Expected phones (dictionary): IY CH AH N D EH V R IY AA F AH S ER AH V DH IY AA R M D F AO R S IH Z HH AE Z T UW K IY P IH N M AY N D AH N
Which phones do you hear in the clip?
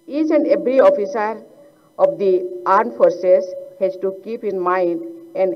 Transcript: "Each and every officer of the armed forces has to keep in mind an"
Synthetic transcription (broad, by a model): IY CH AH N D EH B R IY AA F AH S ER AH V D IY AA R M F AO R S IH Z HH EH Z T UW K IY P IH N M AY N D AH N